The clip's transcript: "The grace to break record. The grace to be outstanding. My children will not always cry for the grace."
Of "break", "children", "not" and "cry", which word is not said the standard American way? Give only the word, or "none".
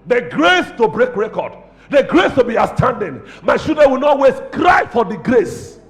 children